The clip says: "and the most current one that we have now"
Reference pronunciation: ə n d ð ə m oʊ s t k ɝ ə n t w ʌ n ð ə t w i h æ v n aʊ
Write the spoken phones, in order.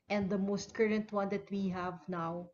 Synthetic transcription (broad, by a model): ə n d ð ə m oʊ s t k ɝ ə n t w ʌ n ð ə t w i h æ v n aʊ